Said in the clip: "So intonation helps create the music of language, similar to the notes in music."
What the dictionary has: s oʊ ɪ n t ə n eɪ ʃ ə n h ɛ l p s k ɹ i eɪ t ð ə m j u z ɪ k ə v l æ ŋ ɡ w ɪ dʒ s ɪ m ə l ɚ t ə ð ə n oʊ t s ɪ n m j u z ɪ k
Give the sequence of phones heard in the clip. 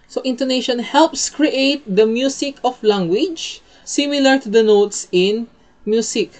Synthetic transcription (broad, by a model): s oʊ ɪ n t ə n eɪ ʃ ə n h ɛ l p s k ɹ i eɪ t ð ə m j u s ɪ k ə f l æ ŋ ɡ w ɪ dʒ s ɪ m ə l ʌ t ə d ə n oʊ t s ɪ n m j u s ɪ k